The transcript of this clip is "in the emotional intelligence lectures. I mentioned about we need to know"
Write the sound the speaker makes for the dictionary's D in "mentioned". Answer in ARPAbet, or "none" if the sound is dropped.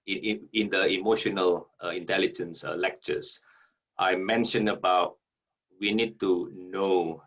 none